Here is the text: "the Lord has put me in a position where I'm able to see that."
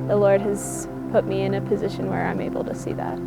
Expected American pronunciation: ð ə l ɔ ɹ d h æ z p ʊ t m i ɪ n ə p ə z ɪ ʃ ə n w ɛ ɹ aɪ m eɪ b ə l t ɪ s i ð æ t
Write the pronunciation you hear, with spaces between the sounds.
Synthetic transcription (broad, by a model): ð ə l ɔ ɹ d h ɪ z p ʊ t m i ɪ n ə p ə z ɪ ʃ ə n w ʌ ɹ aɪ m eɪ b l t ɪ s i ð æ t